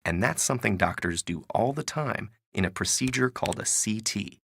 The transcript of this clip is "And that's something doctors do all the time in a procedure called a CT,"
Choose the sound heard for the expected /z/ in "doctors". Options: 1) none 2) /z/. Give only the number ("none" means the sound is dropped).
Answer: 2